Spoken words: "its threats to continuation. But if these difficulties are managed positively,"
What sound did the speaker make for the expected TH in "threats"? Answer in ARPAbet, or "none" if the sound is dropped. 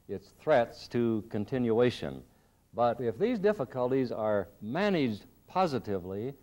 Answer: TH